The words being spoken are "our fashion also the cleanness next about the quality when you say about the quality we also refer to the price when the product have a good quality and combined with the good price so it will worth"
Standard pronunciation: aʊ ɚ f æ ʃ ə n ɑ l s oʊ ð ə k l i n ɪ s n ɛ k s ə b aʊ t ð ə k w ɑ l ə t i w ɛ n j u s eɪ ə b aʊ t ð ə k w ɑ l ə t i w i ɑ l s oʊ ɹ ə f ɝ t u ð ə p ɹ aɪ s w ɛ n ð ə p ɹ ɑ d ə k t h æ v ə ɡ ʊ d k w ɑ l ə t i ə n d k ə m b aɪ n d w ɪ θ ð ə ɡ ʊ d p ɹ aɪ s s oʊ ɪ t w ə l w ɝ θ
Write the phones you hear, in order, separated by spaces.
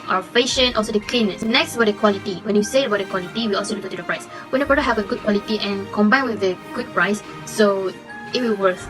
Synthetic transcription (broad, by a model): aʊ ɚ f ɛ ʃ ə n ɑ l s oʊ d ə k l i n ɪ s n ɛ k s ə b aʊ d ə k w ɑ l ə t i w ɛ n j u s eɪ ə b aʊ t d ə k w ɑ l ə t i w i ɑ l s oʊ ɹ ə ɝ t u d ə p ɹ aɪ s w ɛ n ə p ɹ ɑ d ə h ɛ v ə ɡ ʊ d k w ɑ l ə t i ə n k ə m b aɪ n w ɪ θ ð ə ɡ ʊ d p ɹ aɪ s s oʊ ɪ t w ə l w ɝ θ